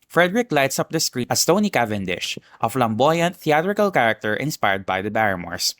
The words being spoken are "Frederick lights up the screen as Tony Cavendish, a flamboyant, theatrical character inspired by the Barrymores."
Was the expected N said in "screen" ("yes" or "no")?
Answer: no